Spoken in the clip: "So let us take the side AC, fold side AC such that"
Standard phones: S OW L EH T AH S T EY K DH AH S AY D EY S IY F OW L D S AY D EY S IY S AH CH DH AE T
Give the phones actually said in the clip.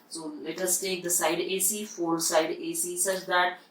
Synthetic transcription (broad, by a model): S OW L EH T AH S T EY K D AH S AY D EY S IY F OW D S AY D EY S IY S AH CH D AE T